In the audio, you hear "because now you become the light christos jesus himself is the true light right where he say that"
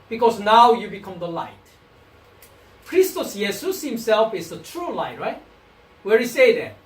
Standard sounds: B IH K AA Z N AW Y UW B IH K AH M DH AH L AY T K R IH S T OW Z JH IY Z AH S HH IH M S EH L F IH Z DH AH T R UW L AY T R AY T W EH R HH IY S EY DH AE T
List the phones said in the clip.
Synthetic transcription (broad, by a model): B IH K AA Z N AW Y UW B IH K AH M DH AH L AY T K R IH S T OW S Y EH S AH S HH IH M S EH L F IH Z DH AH T R UW L AY T R AY T W EH R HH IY S EY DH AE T